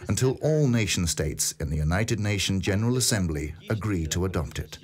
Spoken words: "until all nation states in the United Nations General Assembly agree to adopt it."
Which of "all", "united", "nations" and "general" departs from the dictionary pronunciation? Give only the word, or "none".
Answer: nations